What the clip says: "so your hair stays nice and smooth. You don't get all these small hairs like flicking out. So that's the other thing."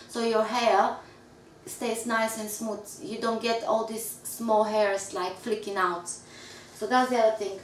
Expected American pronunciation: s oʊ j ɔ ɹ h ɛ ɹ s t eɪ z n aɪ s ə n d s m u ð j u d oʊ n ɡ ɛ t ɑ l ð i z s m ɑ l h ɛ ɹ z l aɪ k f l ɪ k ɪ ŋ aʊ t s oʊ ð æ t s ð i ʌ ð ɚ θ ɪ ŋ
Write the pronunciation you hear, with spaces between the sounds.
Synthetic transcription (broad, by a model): s oʊ j ɔ ɹ h ɛ ɹ s t eɪ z n aɪ s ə n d s m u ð j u d oʊ n ɡ ɛ t ɑ l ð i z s m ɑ l h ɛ ɹ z l aɪ k f l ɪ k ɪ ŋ aʊ t s oʊ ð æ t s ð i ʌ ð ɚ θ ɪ ŋ